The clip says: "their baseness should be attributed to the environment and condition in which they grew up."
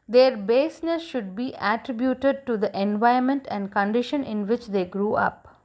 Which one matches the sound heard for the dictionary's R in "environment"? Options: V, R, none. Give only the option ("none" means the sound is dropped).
none